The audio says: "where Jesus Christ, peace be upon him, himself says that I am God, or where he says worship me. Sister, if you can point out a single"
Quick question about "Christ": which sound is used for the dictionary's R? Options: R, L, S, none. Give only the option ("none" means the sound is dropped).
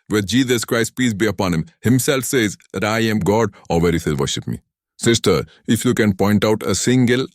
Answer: R